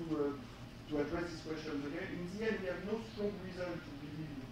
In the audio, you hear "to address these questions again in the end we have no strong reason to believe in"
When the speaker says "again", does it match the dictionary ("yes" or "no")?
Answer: no